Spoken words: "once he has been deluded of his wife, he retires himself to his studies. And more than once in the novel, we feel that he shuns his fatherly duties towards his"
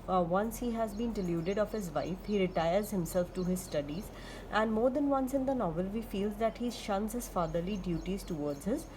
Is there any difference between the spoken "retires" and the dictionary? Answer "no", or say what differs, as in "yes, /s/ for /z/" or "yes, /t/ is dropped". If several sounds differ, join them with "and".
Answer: no